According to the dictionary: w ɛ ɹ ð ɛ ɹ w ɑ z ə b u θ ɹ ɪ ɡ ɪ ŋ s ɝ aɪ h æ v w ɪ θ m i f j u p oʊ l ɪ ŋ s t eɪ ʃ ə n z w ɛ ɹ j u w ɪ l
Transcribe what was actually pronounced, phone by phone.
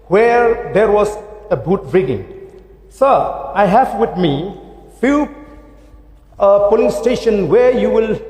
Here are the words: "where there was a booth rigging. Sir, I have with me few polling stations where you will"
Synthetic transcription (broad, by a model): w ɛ ɹ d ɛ ɹ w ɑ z ə b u t ɹ ɪ ɡ ɪ ŋ s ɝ aɪ h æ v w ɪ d m i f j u p oʊ l ɪ ŋ s t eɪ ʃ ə n w ɛ ɹ j u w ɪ l